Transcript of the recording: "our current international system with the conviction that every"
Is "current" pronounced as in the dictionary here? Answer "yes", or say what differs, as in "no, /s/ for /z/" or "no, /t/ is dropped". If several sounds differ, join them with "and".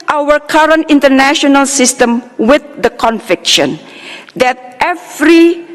yes